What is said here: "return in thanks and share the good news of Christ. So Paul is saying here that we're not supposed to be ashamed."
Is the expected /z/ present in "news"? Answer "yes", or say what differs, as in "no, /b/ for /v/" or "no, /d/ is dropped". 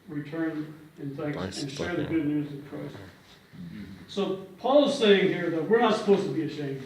yes